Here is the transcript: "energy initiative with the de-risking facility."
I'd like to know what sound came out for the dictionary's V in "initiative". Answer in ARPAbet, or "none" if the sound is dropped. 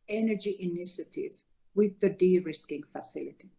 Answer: V